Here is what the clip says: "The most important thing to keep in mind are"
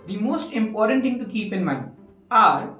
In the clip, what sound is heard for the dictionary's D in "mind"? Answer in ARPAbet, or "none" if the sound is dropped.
none